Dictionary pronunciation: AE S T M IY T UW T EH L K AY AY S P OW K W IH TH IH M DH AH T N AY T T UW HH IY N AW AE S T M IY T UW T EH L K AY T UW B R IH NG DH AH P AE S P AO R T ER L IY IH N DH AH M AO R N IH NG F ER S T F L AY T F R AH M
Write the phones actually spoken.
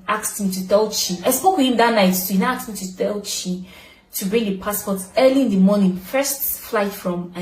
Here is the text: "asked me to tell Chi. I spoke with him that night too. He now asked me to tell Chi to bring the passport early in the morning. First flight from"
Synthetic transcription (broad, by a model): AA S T M IY T UW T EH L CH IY AY S P OW K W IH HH IH M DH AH T N AY T S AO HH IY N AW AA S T M IY T UW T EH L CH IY T UW B R IH NG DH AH P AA S P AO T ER L IY IH N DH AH M AO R N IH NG F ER S T F L AY T F R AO M